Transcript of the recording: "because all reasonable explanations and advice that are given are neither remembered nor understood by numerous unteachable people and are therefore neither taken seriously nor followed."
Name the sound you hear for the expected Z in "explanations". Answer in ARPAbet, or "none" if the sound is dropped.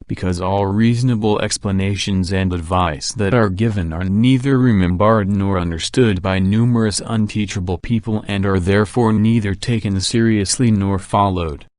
Z